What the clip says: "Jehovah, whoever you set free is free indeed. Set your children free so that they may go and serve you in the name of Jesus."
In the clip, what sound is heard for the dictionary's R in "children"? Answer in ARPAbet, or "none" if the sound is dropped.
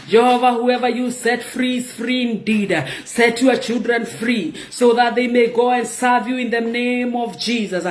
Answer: R